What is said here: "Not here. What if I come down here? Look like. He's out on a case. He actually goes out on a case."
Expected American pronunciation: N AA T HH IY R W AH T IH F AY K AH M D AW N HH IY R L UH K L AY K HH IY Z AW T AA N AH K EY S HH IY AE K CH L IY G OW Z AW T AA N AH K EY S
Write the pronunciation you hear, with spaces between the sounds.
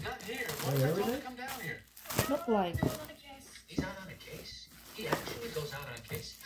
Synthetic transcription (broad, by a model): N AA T HH IY R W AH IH K AH M D AW N HH IY R L UH K L AY K HH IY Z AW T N AH K EY S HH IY AE K CH L IY G OW Z AW T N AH K EY S